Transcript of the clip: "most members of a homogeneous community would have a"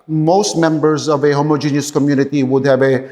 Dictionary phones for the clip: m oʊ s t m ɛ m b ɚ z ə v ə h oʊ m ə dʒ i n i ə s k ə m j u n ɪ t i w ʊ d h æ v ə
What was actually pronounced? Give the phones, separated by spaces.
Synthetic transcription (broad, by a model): m oʊ s t m ɛ m b ɚ z ə v ə h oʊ m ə dʒ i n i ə s k ə m j u n ɪ t i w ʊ d h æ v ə